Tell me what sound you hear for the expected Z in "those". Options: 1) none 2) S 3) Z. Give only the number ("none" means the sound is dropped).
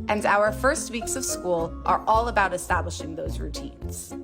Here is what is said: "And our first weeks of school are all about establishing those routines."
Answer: 3